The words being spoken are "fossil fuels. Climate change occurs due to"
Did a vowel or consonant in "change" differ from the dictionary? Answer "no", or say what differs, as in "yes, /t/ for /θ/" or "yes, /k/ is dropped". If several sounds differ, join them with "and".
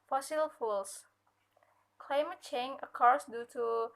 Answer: yes, /dʒ/ is dropped